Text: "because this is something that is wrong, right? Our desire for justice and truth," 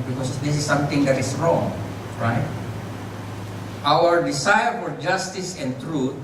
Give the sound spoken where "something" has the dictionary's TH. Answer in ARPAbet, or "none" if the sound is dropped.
T